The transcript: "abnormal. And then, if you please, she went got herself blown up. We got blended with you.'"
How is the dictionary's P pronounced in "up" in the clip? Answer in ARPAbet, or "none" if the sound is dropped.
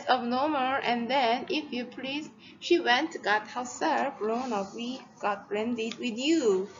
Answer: F